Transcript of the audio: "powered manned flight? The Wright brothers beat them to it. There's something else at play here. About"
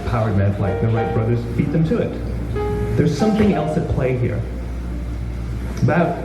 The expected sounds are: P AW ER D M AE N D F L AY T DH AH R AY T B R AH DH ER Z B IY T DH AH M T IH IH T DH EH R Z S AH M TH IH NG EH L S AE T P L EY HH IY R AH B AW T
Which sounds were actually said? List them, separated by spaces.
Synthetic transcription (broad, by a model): P AW ER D M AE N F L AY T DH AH L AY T B R AH DH ER Z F IY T DH AH M T IH IH T DH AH R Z S AH M TH IH NG EH L S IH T P L EY HH IY R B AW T